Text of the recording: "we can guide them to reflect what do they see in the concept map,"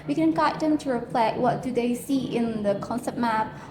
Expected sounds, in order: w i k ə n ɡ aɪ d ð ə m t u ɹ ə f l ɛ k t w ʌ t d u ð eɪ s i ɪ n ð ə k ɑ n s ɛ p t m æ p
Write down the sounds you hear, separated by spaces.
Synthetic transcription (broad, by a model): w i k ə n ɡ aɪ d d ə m t u ɹ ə p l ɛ t w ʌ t d u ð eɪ s i ɪ n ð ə k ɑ n s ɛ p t m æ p